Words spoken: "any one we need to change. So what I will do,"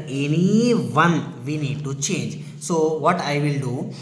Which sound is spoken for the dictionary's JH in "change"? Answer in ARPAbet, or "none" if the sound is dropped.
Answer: JH